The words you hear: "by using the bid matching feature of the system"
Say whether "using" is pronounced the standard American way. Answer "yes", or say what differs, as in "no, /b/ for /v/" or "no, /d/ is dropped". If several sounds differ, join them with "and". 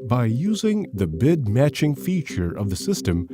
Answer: yes